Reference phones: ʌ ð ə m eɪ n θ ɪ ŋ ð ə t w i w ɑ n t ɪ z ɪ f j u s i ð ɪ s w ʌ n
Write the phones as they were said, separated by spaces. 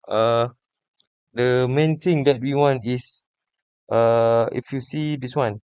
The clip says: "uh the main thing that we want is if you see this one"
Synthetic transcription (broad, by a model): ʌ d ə m eɪ n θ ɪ ŋ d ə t w i w ɑ n t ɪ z ɪ f j u s i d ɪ s w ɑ n